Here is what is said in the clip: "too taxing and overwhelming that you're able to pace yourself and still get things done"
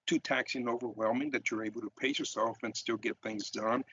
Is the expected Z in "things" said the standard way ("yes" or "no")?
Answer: yes